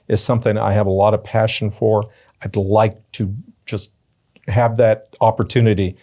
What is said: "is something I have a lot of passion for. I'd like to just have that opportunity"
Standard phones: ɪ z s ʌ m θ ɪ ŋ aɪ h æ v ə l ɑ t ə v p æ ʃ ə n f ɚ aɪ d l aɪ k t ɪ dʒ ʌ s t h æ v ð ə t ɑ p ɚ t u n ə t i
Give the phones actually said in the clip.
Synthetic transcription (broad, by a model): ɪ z s ʌ m θ ɪ ŋ aɪ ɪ v ə l ɑ t ə v p æ ʃ n f ɚ aɪ d l aɪ k t ɪ dʒ ʌ s t h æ v ð ə t ɑ p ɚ t u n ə t i